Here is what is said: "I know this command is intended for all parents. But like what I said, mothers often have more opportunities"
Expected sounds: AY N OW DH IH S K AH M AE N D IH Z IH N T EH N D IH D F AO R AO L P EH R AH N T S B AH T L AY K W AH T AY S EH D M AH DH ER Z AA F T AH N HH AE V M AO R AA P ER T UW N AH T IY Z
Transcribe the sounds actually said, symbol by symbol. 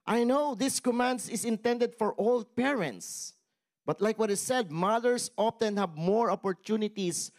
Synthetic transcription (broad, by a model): AY N OW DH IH S K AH M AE N D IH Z IH N T EH N D IH D F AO R AO L P EH R AH N T S B AH T L AY K W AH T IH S EH D M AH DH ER S AA F T AH N HH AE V M AO R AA P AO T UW N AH T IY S